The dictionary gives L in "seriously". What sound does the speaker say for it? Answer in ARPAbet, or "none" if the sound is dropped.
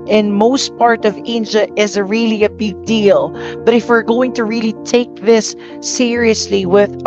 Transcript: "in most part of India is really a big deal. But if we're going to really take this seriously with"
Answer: L